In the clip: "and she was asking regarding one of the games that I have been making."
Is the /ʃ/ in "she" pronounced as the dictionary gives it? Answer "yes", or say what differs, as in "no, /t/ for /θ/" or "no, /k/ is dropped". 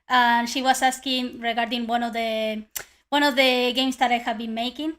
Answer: yes